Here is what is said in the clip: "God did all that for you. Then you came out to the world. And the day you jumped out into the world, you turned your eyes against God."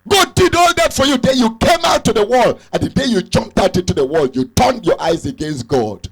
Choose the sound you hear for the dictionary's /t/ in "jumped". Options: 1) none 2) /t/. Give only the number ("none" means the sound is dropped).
2